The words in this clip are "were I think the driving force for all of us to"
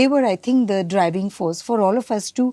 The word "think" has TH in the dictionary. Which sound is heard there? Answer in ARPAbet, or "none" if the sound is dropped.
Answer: T